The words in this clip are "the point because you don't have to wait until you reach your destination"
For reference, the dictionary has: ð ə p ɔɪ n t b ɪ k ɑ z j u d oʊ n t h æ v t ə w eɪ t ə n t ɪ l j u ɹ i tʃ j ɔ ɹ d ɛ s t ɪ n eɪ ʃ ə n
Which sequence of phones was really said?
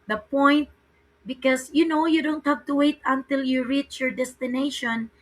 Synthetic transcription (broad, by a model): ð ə p ɔɪ n t b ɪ k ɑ s j u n oʊ n t h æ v t ə w eɪ t ə n t ɪ l j u ɹ i tʃ j ɔ ɹ d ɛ s t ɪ n eɪ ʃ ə n